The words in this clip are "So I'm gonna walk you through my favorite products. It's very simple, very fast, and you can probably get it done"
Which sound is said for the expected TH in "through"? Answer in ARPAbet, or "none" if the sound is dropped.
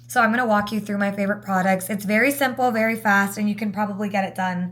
TH